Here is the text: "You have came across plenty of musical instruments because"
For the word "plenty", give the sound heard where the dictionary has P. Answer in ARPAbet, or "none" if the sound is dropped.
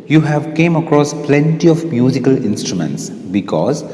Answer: P